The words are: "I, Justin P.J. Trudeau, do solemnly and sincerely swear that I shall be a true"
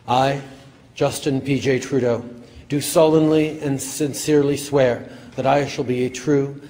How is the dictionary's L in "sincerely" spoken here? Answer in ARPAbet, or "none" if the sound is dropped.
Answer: L